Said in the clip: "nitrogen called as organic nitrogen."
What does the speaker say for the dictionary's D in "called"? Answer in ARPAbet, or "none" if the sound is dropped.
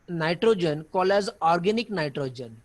none